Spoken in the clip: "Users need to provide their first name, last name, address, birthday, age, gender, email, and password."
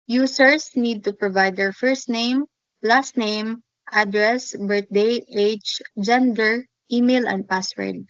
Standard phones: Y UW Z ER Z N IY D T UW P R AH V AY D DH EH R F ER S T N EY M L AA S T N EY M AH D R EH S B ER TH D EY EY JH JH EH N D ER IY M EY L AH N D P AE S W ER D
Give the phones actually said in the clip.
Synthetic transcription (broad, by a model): Y UW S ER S N IY D T UW P R AH V AY D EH R F ER S T N EY M L AA S T N EY M AH D R EH S B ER T D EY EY CH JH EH N D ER IY M EY L AH N D P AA S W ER D